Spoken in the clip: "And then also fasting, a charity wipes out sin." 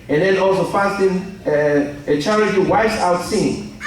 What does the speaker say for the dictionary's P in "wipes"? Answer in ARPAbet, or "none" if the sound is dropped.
none